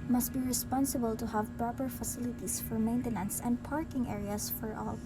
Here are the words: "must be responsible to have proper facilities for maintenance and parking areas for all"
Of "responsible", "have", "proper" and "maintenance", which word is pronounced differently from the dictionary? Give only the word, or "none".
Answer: none